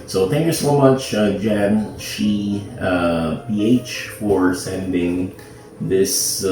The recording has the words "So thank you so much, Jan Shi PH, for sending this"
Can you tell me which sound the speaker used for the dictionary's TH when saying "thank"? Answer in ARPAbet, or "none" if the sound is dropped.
TH